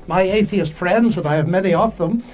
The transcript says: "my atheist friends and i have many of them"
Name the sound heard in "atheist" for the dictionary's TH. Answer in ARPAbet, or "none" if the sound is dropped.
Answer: TH